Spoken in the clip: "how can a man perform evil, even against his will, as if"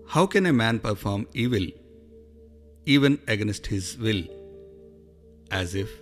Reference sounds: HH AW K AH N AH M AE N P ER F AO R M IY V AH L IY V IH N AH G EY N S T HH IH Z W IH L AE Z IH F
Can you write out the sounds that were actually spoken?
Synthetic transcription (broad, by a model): HH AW K AH N AH M AE N P ER F AO R M IY V AH L IY V IH N AH G EY N S T HH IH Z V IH L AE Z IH F